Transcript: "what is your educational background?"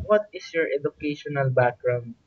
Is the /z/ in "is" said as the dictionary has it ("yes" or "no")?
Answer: no